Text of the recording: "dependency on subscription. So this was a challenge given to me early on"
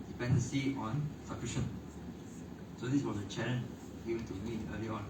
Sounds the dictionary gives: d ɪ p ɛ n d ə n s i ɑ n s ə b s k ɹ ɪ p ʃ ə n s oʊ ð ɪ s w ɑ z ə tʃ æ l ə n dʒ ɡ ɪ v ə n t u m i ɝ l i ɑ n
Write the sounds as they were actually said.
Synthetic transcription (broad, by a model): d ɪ p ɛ n d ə n s i ɑ n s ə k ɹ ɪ ʃ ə n s oʊ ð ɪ s w ɑ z ə tʃ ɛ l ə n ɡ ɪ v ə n t u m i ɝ l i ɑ n